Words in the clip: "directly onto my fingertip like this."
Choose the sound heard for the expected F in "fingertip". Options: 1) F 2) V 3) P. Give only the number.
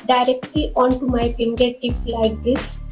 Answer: 3